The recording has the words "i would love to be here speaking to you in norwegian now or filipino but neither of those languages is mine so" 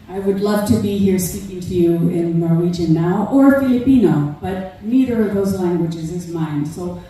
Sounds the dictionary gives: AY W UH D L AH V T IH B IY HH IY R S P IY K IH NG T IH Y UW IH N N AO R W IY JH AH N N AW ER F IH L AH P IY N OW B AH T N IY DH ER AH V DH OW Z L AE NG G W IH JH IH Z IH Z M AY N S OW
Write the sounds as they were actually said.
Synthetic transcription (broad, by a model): AY W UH D L AH V T IH B IY HH IY R S P IY K IH NG T IH Y UW IH N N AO R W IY JH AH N N AW ER F IH L AH P IY N OW B AH T N IY DH ER AH V DH OW Z L AE NG G W IH JH IH Z IH Z M AY N S OW